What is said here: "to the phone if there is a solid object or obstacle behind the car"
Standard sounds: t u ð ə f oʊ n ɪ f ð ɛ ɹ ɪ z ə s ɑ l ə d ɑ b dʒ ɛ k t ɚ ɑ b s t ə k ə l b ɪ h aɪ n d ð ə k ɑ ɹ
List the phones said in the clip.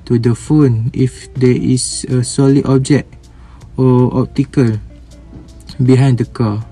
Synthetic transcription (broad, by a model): t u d ə f oʊ n ɪ f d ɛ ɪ s ə s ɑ l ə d ɑ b dʒ ɛ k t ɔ ɑ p t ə k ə l b ɪ h aɪ n d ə k ɑ